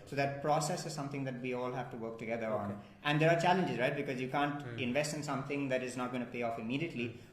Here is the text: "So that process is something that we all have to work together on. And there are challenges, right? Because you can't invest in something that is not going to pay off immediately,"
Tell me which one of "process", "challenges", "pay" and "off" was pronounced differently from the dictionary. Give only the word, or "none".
none